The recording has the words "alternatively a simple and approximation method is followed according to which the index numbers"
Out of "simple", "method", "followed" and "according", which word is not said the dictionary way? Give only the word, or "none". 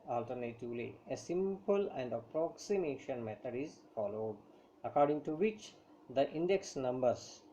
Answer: method